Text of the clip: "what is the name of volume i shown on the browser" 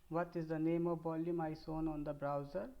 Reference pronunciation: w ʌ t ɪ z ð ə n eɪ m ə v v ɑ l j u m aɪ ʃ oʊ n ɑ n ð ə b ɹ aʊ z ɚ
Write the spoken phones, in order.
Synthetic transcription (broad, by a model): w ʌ t ɪ z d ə n eɪ m ə v b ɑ l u m aɪ s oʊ n ɑ n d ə b ɹ aʊ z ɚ